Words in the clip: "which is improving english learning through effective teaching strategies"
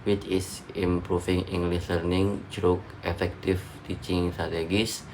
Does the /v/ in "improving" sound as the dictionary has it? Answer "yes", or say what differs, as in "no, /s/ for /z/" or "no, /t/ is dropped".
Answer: no, /f/ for /v/